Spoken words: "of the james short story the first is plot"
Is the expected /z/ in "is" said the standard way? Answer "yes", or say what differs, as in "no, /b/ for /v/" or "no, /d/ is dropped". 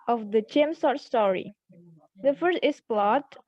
no, /s/ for /z/